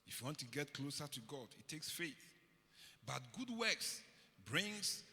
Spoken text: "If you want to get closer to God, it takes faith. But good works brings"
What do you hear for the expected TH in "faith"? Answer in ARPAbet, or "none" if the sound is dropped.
TH